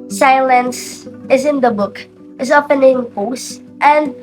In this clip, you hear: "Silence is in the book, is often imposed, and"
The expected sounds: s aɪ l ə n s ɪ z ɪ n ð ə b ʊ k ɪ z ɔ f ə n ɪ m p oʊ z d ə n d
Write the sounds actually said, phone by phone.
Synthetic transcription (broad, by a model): s aɪ l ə n s ɪ z ɪ n ð ə b ʊ k ɪ z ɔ p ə n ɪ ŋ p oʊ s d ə n